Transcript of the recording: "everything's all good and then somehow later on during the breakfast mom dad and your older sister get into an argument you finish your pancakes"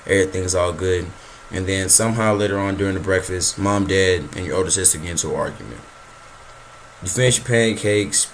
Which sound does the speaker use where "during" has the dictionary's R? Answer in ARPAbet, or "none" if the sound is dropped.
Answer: R